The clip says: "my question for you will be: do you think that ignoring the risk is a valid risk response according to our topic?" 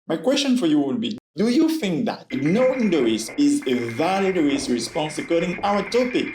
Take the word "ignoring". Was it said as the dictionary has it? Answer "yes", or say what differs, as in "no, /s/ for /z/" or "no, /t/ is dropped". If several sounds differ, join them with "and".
no, /ɹ/ is dropped